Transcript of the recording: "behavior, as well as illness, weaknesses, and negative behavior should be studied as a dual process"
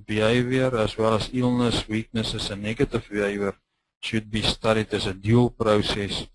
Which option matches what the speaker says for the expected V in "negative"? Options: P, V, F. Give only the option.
F